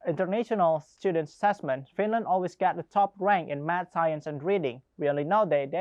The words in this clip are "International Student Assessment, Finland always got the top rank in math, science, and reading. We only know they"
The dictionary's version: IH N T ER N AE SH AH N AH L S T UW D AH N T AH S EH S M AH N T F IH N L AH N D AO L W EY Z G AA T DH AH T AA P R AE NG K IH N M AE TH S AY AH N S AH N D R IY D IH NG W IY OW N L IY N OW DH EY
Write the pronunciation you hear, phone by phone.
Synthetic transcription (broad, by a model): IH N T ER N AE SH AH N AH L S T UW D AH N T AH S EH S M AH N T F IH N L AH N D AO L W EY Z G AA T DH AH T AA P R AE NG K IH N M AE T S AY AH N S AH N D R IY D IH NG W IY OW N L IY N OW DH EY